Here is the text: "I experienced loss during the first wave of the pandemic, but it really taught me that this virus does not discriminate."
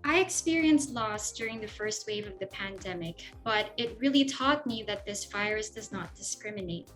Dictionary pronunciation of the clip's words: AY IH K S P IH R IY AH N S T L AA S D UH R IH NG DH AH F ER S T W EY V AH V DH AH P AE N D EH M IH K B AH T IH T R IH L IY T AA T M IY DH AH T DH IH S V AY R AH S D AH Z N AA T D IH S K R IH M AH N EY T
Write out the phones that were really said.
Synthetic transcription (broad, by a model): AY IH K S P IH R IY AH N S T L AA S D UH R IH NG DH AH F ER S T W EY V AH V DH AH P AE N D EH M IH K B AH T IH T R IH L IY T AA T M IY DH AH T DH IH S F AY R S D AH Z N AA T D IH S K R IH M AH N EY T